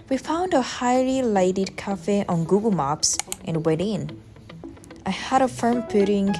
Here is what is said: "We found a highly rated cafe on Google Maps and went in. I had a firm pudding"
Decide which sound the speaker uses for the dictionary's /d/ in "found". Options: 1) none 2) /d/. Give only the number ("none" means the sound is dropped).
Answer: 2